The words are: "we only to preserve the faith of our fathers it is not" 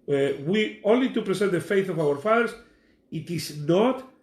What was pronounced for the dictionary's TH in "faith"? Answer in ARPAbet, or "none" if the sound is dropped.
TH